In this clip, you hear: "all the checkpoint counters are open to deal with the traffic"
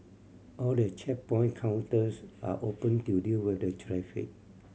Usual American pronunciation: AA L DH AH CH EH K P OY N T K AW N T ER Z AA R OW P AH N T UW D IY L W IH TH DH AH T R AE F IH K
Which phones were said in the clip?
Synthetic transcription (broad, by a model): AA L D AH CH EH P OY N K AW N T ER S AA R OW P AH N T UW D IY L W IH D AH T R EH F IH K